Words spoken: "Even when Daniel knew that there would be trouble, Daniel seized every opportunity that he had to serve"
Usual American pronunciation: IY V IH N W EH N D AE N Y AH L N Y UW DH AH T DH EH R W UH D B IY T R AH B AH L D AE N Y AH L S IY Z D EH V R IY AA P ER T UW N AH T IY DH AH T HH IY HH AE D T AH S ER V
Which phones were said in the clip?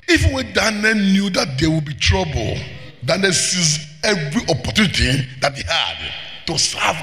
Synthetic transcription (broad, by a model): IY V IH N W EH N D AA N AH N N Y UW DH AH T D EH W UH B IY T R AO B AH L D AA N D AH S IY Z EH V R IY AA P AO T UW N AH T IY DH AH T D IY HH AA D T AH S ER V